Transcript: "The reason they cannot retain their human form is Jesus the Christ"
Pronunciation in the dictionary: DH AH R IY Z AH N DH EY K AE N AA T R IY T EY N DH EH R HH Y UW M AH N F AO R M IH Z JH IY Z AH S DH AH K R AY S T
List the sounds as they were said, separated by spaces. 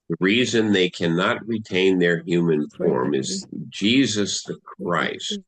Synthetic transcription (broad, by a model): DH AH R IY Z AH N DH EY K AE N AA T R IY T EY N DH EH R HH Y UW M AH N F AO R M IH Z JH IY Z AH S DH AH K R AY S T